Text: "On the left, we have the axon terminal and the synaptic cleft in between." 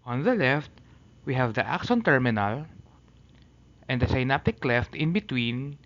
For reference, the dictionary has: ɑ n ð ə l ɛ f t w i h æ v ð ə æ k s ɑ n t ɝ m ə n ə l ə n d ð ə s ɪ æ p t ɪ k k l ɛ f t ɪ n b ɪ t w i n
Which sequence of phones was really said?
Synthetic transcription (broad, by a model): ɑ n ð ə l ɛ f t w i h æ v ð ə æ k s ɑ n t ɝ m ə n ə l ə n d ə s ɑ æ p t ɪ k k l ɛ f t ɪ n b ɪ t w i n